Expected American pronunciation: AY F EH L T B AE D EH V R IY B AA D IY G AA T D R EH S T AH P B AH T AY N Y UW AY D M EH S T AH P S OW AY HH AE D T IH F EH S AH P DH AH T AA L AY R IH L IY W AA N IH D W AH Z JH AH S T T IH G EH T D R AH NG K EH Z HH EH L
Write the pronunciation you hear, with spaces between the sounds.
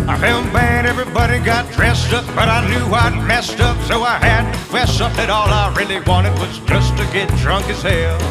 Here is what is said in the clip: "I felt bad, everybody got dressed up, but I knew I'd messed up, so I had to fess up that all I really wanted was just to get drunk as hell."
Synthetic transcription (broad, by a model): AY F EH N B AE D EH V R IY B AA D IY G AA T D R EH S T AH P B AH T AY N Y UW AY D M EH S T AH P S OW AY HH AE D T IH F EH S AH P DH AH T AA L AY R IH L IY W AA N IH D W AH Z JH AH S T T IH G EH T D R AH NG K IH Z HH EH L